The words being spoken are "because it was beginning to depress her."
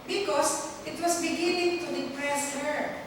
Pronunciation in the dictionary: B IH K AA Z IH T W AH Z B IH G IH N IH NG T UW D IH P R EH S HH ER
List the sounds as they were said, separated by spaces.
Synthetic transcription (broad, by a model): B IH K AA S IH T W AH S B IH G IH N IH NG T UW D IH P R EH S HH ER